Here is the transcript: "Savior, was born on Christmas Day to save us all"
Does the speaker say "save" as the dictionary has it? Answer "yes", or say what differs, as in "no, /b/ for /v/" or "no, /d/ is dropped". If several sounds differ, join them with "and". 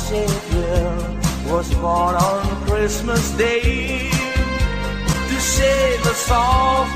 no, /ʃ/ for /s/